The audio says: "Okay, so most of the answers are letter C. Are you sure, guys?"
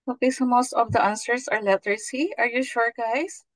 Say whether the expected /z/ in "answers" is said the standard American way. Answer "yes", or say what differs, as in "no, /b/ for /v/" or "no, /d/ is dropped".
no, /s/ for /z/